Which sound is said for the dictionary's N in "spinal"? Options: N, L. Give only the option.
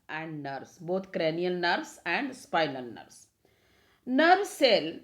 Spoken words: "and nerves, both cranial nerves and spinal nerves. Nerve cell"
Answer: L